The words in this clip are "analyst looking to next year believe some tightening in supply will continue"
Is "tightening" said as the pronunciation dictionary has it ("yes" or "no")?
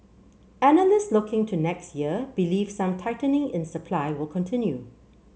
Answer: yes